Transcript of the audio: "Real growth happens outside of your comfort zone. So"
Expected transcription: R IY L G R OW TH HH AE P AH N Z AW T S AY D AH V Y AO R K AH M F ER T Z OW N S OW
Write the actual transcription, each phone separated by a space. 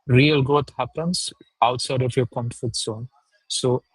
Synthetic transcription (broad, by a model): R IY L G R OW T HH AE P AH N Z AW T S AY D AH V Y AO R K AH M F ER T S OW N S OW